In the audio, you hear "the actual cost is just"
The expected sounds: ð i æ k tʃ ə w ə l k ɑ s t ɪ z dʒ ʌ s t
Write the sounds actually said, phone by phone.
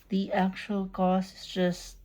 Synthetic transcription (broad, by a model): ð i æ k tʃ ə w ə l k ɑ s ɪ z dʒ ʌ s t